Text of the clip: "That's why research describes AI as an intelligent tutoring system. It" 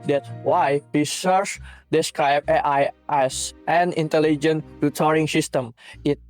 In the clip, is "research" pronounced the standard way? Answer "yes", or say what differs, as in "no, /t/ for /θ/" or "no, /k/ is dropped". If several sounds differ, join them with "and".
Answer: no, /s/ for /tʃ/